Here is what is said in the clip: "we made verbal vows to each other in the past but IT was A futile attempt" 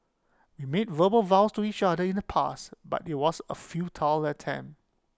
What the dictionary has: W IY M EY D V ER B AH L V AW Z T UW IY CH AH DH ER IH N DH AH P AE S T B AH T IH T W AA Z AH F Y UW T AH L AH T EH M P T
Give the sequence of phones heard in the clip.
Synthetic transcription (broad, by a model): W IY M EY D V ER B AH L V AW S T UW IY CH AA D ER IH N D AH P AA S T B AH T IH T W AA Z AH F Y UW T AH L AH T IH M